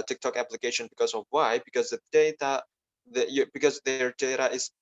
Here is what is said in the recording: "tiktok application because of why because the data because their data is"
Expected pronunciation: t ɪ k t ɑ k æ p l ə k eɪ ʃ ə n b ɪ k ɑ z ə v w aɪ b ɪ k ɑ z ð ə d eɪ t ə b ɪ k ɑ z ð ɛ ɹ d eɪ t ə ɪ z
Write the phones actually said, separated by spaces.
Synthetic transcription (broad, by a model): t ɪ k t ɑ k æ p l ə k eɪ ʃ ə n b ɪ k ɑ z ə v w aɪ b ɪ k ɑ z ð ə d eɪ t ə b ɪ k ɑ z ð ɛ ɹ d eɪ t ə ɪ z